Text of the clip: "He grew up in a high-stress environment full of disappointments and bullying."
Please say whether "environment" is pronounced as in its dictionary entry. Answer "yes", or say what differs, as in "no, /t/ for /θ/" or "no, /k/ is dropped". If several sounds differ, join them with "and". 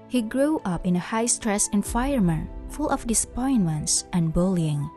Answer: no, /f/ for /v/ and /ɹ/ is dropped